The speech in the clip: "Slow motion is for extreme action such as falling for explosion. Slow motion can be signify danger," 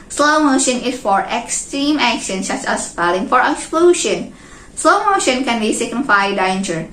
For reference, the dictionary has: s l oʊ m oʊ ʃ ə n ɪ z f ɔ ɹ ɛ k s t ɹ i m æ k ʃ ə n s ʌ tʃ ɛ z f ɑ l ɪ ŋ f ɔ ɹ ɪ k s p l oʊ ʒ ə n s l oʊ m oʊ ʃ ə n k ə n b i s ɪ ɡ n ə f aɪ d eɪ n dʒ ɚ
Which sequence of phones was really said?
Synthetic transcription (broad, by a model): s l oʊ m oʊ ʃ ə n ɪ s f ɔ ɹ ɛ k s t ɹ i m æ k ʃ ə n s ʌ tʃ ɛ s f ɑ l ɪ ŋ f ɔ ɹ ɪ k s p l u ʃ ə n s l oʊ m oʊ ʃ ə n k ə n b i s ɪ ɡ n ə f aɪ d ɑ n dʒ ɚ